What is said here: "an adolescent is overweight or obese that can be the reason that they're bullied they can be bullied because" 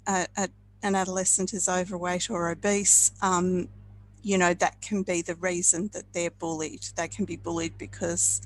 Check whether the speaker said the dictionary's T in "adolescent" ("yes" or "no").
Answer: yes